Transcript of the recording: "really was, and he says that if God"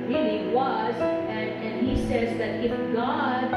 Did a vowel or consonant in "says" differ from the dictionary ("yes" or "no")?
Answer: no